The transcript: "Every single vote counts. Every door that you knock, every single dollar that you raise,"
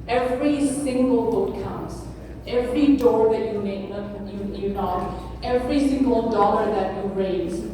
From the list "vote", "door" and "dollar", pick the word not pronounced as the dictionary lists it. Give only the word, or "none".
vote